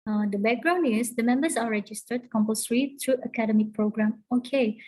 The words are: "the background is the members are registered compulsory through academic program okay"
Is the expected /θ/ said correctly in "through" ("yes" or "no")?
no